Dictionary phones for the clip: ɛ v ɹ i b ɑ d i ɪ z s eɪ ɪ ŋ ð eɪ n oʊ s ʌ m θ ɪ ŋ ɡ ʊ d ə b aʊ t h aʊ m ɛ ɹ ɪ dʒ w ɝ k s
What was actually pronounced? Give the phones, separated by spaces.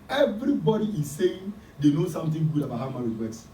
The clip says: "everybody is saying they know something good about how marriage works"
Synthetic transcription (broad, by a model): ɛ v ɹ i b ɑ d i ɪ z s eɪ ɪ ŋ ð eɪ n oʊ s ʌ m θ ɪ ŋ ɡ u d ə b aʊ t h aʊ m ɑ w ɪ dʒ w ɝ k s